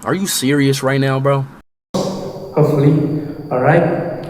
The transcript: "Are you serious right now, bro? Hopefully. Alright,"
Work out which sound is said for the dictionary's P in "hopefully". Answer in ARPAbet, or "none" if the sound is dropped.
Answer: none